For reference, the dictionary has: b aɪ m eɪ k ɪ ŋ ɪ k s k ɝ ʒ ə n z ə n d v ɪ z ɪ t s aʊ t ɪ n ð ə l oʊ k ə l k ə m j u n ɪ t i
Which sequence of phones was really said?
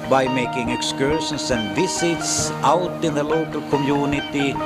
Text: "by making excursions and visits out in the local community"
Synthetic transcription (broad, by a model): b aɪ m eɪ k ɪ ŋ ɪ k s k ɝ ʃ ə n s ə n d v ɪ s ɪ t s aʊ t ɪ n ð ə l oʊ k ə l k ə m j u n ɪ t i